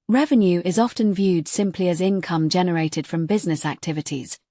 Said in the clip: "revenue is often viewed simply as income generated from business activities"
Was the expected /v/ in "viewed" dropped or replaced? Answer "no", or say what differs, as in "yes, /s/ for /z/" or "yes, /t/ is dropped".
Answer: no